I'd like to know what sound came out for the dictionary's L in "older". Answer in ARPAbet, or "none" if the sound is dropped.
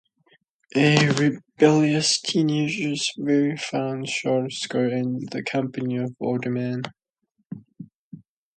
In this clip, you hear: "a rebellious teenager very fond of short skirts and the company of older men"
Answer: none